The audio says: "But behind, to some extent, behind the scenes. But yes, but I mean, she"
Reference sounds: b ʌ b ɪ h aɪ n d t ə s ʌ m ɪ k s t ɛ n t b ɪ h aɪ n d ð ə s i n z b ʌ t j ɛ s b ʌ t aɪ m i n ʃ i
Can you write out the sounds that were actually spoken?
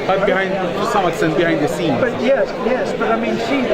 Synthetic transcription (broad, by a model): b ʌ b ɪ h aɪ n d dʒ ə s ʌ m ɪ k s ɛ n b ɪ h aɪ n d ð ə s i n b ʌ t j ɛ s b ʌ t aɪ m i n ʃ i